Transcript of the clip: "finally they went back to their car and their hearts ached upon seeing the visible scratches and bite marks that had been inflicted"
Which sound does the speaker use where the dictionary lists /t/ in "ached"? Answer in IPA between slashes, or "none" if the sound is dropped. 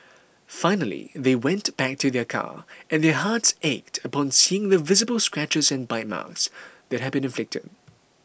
/t/